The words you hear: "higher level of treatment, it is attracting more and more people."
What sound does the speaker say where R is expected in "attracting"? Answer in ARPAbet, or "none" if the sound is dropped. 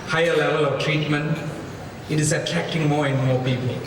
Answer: none